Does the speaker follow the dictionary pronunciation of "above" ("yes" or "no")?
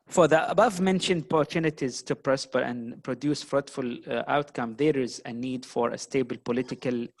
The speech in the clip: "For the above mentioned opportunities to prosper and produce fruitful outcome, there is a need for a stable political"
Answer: yes